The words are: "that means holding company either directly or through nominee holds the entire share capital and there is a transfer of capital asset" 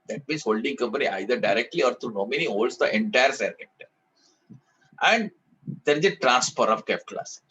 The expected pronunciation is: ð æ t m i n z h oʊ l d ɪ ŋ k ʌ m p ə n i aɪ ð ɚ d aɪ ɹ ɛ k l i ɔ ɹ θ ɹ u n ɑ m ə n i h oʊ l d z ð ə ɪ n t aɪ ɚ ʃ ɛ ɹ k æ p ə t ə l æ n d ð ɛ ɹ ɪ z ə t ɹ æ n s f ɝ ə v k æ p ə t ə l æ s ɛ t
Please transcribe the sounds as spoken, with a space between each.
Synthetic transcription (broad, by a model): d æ t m i n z h oʊ l d ɪ ŋ k ʌ m p ə n i aɪ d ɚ d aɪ ɹ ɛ k l i ɔ ɹ t ɹ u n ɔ m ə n i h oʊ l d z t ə ɪ n t aɪ ɚ s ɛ ɹ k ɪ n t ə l æ n d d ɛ ɹ ɪ z ə t ɹ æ n s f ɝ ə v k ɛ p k l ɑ s